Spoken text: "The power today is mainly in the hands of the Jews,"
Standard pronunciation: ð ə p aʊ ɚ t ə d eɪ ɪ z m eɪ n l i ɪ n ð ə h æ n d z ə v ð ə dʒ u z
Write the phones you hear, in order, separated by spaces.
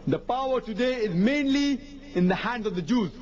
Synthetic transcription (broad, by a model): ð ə p aʊ ɚ t ə d eɪ ɪ z m eɪ n l i ɪ n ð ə h æ n d z ə v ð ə dʒ u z